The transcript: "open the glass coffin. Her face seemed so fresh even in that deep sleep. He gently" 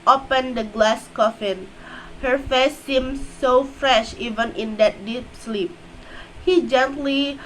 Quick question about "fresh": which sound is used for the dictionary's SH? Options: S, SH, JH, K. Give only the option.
SH